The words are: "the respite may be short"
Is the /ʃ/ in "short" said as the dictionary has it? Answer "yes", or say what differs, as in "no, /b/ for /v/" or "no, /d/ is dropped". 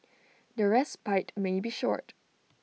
yes